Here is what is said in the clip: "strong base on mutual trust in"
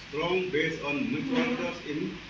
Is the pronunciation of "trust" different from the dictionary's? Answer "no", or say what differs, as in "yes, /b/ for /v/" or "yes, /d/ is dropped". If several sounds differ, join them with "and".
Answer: yes, /ɹ/ is dropped and /t/ is dropped